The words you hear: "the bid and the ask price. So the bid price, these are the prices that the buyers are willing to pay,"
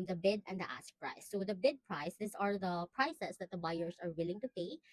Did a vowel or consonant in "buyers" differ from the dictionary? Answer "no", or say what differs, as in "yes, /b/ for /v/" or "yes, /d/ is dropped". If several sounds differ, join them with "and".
yes, /s/ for /z/